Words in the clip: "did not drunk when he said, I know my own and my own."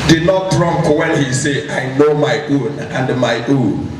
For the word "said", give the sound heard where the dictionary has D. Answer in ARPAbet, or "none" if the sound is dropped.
none